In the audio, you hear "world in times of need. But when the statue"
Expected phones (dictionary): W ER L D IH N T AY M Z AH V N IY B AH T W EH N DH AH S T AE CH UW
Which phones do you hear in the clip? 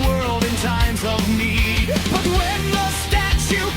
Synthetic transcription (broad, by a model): W ER L D IH N T AY M Z AH V N IY B AH T W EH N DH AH S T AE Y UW